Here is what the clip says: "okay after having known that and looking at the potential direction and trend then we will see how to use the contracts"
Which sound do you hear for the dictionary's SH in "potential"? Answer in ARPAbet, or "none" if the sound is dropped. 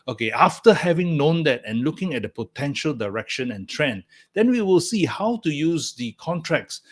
SH